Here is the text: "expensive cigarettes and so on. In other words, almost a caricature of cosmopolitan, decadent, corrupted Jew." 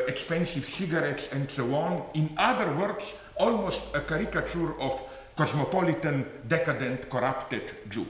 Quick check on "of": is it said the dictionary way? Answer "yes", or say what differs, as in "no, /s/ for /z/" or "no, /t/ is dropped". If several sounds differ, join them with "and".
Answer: no, /f/ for /v/